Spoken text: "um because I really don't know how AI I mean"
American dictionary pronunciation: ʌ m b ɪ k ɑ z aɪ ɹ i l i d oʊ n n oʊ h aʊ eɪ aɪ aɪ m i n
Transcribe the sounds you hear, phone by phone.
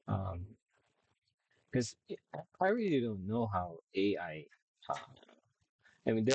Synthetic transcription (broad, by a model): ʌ m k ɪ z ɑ aɪ ɹ i l i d oʊ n n oʊ h aʊ eɪ aɪ aɪ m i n